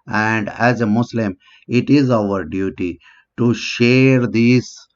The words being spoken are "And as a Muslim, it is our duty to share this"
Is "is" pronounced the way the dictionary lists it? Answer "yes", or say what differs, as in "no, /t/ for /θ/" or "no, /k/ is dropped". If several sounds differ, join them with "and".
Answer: yes